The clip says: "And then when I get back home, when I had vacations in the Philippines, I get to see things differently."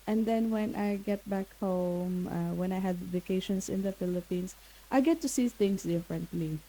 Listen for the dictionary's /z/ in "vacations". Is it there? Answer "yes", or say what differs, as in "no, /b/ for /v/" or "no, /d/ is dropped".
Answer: no, /s/ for /z/